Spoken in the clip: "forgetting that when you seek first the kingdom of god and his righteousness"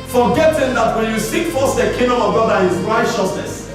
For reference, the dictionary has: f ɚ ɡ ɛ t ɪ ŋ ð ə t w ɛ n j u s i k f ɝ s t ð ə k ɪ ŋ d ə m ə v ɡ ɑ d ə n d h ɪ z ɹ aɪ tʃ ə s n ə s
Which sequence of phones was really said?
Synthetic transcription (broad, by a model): f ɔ ɡ ɛ t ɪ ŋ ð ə t w ɛ n j u s i k f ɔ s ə k ɪ ŋ d ə m ə v ɡ ɑ d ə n h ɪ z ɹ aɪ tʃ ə s n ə s